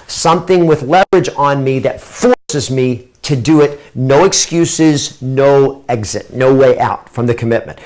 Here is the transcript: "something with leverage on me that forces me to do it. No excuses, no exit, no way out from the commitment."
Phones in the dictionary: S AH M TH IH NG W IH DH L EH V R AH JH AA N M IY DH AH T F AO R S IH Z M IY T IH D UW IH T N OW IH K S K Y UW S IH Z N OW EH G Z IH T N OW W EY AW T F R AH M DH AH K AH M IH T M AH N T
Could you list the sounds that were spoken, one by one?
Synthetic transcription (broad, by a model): S AH M TH IH NG W IH DH L EH V R AH JH N M IY DH AH T F AO R S IH Z M IY T IH D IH IH T N OW IH K S K Y UW S IH Z N OW EH G Z IH T N OW W EY AW T F R AH M DH AH K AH M IH T M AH N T